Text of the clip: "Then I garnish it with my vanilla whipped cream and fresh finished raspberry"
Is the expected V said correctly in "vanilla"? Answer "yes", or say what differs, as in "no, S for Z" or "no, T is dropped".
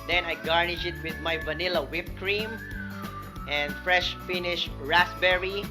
yes